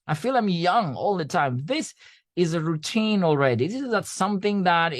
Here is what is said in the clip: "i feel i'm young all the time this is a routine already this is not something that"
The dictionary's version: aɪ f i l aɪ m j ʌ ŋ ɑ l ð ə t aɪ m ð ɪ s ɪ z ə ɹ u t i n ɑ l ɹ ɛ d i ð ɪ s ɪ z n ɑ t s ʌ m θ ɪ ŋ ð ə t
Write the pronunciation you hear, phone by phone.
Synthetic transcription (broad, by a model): aɪ f i l aɪ m j ʌ ŋ ɑ l ð ə t aɪ m ð ɪ s ɪ z ə ɹ u t i n ɑ l ɹ ɛ d i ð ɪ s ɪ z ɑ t s ʌ m θ ɪ ŋ ð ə t